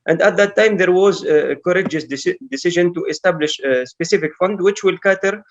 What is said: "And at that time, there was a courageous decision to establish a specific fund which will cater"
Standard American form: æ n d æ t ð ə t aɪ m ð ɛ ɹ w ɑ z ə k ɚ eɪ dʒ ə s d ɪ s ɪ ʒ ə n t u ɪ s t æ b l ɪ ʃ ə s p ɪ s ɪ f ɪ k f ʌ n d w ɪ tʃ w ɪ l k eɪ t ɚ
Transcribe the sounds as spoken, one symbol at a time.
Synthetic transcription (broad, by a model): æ n d æ t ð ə t aɪ m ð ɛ ɹ w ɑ z ə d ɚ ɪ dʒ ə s d ɪ s ɪ ʒ ə n t u ɪ s t æ b l ɪ ʃ s p ɪ s ɪ f ɪ k f ʌ n d w ɪ tʃ w ɪ l k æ t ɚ